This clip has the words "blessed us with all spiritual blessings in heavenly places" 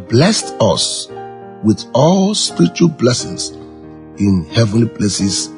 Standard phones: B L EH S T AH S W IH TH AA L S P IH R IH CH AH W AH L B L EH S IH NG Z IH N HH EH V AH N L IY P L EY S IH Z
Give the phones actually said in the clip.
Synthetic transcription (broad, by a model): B L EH S T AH S W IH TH AA L S P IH R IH CH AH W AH L B L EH S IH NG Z IH N HH EH V AH N L IY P L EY S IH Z